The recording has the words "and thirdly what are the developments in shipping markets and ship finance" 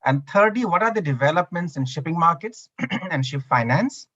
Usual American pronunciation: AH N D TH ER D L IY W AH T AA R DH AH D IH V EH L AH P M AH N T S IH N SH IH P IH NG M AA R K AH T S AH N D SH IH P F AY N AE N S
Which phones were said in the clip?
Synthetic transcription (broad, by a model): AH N D T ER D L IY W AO T AA R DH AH D IH V EH L AH P M AH N T S IH N SH IH P IH NG M AA R K AH T S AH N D SH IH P F AY N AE N S